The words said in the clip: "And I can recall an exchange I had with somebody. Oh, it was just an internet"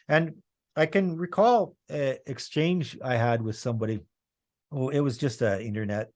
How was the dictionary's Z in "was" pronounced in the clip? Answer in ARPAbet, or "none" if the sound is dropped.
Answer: Z